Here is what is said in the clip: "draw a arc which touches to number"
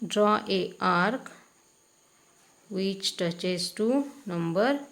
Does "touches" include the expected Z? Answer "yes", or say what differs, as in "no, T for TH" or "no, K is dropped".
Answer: no, S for Z